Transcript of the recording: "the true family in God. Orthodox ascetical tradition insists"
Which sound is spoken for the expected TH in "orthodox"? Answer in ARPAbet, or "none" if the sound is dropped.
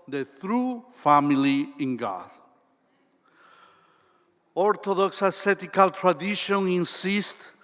T